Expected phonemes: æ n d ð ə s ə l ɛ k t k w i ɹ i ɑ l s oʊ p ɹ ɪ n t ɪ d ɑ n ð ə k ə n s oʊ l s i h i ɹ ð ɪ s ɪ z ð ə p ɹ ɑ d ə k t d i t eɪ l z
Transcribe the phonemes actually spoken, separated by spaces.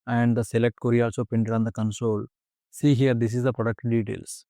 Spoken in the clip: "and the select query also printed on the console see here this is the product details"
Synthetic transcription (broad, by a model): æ n d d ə s ə l ɛ k t k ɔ ɹ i ɑ l s oʊ p ɪ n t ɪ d ɑ n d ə k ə n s oʊ l s i h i ɹ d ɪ s ɪ z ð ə p ɹ ɑ d ə k t d i t eɪ l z